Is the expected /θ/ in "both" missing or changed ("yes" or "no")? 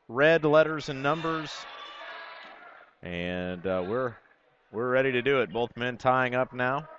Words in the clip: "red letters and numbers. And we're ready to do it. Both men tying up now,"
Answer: no